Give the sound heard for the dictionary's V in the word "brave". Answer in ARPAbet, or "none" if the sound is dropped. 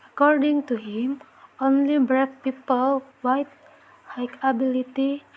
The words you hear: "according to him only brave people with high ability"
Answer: F